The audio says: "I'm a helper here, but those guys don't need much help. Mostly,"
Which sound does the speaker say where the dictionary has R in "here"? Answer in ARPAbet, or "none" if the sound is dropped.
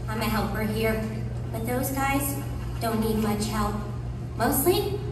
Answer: R